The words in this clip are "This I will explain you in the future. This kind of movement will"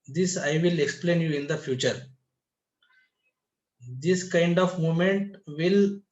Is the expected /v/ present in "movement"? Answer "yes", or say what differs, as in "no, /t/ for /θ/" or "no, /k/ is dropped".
no, /v/ is dropped